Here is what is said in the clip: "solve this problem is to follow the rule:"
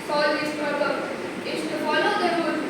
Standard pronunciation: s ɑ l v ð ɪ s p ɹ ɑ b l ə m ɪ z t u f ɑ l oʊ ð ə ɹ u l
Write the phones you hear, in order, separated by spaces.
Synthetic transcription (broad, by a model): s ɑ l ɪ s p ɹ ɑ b ə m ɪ s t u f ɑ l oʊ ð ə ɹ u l